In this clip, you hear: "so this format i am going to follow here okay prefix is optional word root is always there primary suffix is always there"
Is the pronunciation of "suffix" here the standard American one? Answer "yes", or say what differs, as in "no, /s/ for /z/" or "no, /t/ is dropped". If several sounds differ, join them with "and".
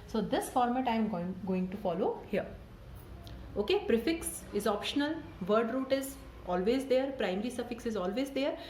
yes